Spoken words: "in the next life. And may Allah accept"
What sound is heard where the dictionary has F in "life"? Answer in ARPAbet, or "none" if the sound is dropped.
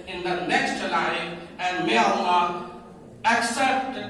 none